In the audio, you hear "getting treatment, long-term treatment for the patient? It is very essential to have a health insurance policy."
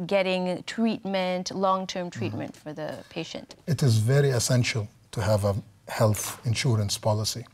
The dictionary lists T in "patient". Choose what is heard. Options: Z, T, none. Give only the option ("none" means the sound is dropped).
T